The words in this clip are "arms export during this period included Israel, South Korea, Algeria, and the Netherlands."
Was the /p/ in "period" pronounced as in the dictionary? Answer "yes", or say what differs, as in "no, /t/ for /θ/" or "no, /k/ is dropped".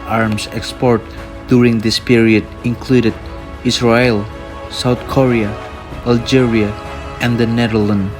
yes